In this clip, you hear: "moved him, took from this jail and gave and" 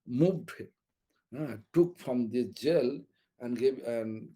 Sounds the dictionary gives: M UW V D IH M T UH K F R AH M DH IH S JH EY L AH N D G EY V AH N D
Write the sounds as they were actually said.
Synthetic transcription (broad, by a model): M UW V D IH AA T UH K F R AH M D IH JH EY L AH N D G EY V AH N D